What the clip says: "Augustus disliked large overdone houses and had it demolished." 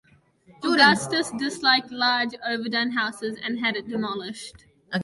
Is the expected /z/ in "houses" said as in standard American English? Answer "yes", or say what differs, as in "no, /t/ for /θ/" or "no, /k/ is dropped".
yes